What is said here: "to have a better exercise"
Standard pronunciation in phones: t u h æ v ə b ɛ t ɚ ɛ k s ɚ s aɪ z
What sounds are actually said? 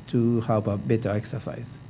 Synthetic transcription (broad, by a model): t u h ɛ p ə b ɛ t ɚ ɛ k s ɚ s aɪ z